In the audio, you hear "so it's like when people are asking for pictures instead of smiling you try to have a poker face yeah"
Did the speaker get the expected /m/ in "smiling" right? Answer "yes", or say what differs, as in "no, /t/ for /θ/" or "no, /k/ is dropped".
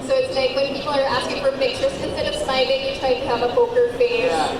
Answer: no, /m/ is dropped